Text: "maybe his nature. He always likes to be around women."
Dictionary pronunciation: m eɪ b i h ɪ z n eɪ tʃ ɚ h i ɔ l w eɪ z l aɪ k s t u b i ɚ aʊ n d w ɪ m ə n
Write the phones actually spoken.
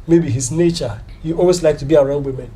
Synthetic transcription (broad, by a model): m eɪ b i h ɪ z n eɪ tʃ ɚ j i ɔ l w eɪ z l aɪ k t u b i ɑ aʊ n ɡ w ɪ m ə n